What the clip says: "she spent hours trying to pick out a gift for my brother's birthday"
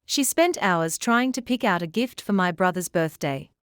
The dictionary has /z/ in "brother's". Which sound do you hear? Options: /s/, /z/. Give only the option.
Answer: /z/